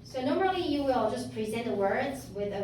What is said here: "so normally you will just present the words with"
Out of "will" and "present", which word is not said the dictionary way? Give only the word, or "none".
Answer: none